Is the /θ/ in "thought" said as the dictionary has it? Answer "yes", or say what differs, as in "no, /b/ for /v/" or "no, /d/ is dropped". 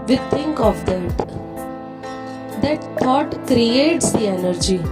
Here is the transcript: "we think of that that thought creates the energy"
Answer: no, /t/ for /θ/